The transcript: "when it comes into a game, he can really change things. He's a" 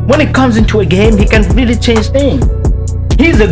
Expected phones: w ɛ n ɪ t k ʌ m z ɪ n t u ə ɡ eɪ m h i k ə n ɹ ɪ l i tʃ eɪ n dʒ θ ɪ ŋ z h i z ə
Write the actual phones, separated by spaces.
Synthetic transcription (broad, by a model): w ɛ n ɪ t k ʌ m z ɪ n t u ə ɡ eɪ m h i k ə n ɹ ɪ l i tʃ eɪ n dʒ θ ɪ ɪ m h i z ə